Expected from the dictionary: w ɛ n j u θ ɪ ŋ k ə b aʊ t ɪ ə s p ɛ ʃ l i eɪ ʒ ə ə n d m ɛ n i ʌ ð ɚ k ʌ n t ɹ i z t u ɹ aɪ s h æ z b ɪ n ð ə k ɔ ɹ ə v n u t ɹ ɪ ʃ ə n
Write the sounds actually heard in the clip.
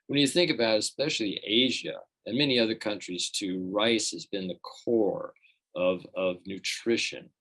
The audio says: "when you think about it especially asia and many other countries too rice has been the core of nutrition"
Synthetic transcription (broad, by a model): w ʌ n j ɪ θ ɪ ŋ k ə b aʊ t ɪ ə s p ɛ ʃ l i eɪ ʒ ə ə n m ɛ n i ʌ ð ɚ k ʌ n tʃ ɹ i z t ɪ ɹ aɪ s h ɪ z b ɪ n ð ə k ɔ ɹ ə v n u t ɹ ɪ ʃ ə n